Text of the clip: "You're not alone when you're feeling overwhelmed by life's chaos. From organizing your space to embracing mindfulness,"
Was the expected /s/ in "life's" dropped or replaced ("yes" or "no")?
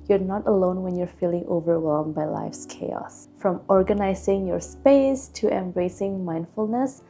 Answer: no